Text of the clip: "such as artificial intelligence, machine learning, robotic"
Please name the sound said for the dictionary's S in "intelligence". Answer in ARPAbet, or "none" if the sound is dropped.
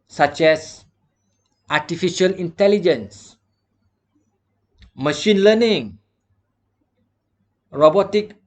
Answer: S